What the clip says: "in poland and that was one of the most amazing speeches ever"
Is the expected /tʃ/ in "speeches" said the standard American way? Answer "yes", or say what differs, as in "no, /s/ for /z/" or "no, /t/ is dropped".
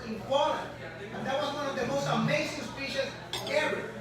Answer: no, /ʃ/ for /tʃ/